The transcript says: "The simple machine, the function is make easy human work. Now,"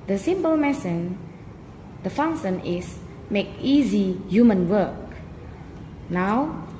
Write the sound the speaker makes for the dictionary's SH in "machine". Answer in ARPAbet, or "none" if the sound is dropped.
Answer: S